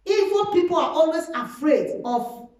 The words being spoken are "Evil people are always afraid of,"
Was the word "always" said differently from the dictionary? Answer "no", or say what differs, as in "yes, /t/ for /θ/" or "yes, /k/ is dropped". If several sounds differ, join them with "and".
yes, /s/ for /z/